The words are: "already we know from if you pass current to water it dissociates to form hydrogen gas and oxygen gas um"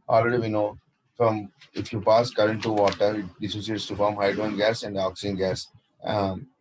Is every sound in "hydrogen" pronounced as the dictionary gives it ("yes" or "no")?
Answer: no